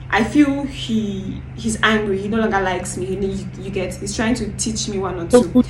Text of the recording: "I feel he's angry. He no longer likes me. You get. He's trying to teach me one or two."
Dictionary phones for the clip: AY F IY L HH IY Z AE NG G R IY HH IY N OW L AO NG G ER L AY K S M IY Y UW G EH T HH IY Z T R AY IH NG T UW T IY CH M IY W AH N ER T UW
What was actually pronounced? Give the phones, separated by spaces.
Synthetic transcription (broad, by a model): AY F IY L HH IY Z AE NG G R IY HH IY N OW L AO NG G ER L AY K S M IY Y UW G EH T HH IY Z T R AY IH NG T UW T IY CH M IY W AH N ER T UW